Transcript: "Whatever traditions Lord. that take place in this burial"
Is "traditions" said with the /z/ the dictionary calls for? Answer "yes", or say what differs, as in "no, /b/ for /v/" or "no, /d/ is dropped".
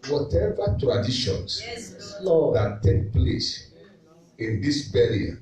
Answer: no, /s/ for /z/